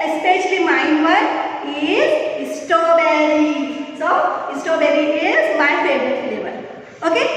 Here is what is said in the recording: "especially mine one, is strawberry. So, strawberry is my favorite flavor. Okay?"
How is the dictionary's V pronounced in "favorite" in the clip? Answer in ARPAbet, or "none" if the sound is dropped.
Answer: B